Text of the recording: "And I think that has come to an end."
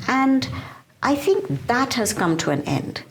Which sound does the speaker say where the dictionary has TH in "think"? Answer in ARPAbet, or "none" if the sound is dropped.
TH